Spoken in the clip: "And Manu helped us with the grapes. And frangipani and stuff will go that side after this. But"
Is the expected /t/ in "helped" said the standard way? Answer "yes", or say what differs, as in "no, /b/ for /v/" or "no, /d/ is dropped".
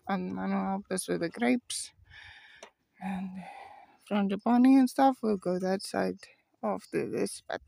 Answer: no, /t/ is dropped